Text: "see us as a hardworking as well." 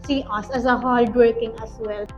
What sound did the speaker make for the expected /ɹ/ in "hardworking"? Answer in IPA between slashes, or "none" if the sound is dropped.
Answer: /l/